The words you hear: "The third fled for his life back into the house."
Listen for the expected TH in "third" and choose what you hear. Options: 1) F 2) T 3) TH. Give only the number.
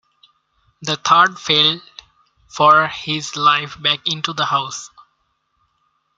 2